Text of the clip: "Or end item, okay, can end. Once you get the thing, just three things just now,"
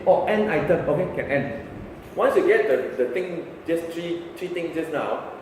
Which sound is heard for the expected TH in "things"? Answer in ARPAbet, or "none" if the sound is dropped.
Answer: T